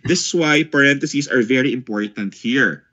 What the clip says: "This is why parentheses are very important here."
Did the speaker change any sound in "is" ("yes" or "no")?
yes